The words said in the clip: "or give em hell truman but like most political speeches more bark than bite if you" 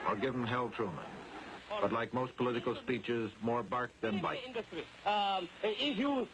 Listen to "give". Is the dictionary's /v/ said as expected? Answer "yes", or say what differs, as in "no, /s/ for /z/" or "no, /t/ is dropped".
yes